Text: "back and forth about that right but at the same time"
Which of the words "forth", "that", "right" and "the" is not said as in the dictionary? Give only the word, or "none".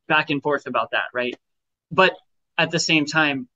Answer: none